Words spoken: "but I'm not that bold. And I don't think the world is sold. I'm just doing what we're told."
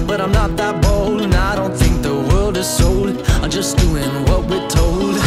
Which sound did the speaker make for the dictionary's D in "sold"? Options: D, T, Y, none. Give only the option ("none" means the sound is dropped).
none